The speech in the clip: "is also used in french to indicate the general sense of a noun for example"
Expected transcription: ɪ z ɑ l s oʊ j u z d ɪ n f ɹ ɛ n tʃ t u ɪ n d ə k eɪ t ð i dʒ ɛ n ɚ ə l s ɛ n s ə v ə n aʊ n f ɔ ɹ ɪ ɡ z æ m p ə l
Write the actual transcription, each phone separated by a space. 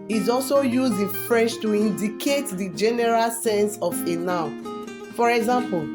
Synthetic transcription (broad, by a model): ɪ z ɑ l s oʊ j u z d ɪ n f ɹ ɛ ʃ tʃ t u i n d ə k eɪ t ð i dʒ ɛ n ɚ ə l s ɛ n s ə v ə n aʊ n f ɔ ɹ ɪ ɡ z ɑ m p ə l